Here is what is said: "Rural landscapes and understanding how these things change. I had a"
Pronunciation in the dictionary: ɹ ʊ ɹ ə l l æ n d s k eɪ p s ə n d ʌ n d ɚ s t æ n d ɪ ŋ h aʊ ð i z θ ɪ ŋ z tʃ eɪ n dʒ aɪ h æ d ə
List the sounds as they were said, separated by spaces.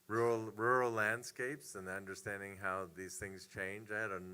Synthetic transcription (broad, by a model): ɹ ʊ ɹ l l æ n d s k eɪ p s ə n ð ʌ n d ɚ s t æ n d ɪ ŋ h aʊ ð i z θ ɪ ŋ z tʃ eɪ n dʒ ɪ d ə